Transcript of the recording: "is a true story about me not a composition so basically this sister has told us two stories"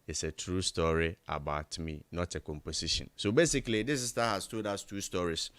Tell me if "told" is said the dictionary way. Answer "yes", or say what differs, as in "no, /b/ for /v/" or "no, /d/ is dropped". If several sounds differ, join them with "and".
no, /l/ is dropped